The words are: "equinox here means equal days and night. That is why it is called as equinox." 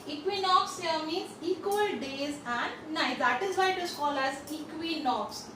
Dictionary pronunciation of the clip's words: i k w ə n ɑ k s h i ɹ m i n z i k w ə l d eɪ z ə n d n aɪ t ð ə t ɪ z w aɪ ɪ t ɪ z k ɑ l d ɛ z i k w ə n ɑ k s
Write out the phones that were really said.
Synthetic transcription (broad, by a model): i k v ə n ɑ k s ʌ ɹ m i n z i k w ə l d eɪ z ə n d n aɪ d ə t ɪ z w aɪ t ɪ s k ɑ l ɑ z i k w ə n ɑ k s